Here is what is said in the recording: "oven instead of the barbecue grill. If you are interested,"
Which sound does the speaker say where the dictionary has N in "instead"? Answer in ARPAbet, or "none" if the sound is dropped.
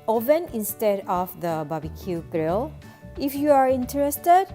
N